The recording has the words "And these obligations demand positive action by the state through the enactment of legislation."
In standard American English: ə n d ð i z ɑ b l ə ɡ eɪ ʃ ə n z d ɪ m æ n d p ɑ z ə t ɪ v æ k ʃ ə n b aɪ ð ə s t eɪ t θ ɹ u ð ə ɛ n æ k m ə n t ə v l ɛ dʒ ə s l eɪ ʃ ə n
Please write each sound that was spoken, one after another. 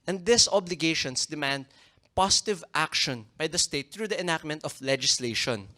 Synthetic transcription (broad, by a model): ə n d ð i s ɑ b l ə ɡ eɪ ʃ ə n s d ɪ m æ n d p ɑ s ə t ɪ v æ k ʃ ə n b aɪ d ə s t eɪ t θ ɹ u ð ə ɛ n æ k m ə n t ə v l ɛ dʒ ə s l eɪ ʃ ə n